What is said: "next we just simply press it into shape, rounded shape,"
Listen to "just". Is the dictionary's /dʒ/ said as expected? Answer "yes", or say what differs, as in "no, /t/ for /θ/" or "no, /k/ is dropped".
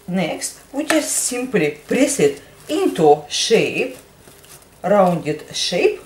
no, /tʃ/ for /dʒ/